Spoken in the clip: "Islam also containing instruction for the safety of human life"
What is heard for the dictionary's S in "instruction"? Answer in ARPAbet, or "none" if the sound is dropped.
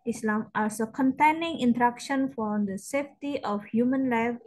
none